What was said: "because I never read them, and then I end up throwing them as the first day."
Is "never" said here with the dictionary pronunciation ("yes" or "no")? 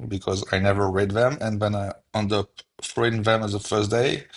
yes